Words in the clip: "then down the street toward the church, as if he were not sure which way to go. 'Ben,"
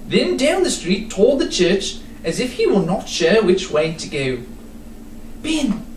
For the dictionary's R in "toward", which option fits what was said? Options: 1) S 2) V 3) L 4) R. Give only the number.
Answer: 3